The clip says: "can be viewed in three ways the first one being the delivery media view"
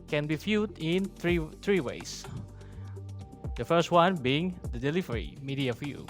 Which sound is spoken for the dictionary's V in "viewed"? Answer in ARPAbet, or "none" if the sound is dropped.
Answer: F